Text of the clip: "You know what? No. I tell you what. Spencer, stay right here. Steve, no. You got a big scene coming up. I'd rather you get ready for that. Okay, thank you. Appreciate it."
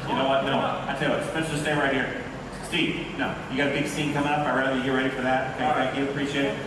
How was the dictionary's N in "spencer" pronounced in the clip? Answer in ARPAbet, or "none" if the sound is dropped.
none